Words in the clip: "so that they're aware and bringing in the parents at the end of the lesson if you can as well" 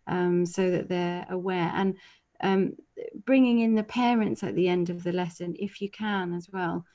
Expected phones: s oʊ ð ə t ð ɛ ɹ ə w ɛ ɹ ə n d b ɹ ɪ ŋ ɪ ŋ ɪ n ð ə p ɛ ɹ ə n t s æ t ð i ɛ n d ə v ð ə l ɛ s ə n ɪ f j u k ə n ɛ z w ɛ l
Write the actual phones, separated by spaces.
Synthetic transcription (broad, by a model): s oʊ ð ə t ð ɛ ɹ ə w ɛ ɹ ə n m b ɹ ɪ ŋ ɪ ŋ ɪ n ð ə p ɛ ɹ ə n t s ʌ t ð i ɛ n d ə v ð ə l ɛ s ə n ɪ f j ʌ k ə n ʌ z w ɛ l